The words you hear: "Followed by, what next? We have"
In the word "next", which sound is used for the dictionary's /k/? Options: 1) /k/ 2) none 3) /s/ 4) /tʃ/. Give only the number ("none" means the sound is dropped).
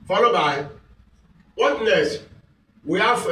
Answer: 2